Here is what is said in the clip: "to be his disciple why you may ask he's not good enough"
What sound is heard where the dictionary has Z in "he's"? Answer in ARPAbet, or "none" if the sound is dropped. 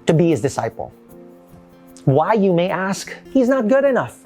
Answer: Z